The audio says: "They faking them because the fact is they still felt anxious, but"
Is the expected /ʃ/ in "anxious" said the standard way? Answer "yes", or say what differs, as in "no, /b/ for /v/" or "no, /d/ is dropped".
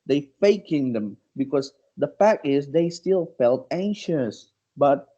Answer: yes